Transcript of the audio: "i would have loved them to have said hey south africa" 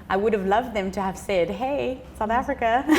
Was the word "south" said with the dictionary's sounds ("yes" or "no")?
yes